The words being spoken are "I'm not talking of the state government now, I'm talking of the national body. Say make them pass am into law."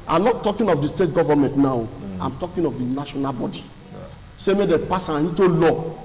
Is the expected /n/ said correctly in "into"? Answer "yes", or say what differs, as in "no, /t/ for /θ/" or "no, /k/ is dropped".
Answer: no, /n/ is dropped